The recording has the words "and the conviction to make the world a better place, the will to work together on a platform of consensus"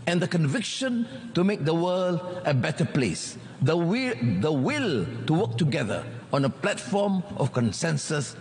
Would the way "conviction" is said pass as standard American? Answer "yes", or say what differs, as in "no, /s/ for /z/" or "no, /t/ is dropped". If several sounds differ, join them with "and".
yes